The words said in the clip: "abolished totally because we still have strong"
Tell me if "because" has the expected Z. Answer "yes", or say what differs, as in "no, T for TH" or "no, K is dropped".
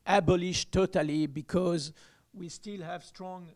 yes